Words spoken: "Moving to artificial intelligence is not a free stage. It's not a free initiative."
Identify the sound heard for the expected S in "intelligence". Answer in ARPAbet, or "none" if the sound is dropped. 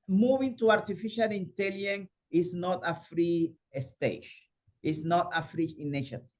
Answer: none